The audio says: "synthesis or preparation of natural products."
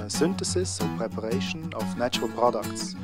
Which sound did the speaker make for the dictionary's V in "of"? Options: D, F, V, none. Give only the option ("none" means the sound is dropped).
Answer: F